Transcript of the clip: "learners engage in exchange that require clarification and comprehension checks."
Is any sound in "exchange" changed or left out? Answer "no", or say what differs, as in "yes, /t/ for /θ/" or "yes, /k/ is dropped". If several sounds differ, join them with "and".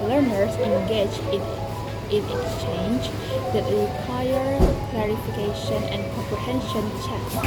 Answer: no